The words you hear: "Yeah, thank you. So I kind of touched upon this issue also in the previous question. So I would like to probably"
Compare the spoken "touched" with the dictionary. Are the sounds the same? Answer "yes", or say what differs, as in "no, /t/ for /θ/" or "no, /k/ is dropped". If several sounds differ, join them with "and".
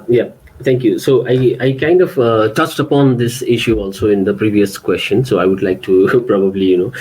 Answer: yes